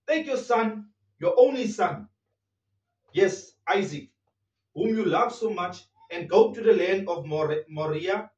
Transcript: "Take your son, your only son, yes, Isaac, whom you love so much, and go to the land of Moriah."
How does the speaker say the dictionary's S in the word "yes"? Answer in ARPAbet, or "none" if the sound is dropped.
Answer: S